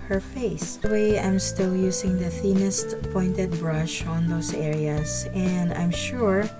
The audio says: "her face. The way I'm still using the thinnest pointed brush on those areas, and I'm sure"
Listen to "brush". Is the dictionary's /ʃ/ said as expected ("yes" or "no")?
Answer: yes